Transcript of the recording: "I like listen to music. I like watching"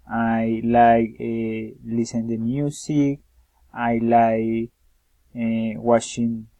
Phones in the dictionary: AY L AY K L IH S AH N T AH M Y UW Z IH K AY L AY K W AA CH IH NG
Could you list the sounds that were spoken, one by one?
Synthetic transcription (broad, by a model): AY L AY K L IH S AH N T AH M Y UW S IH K AY L AY K W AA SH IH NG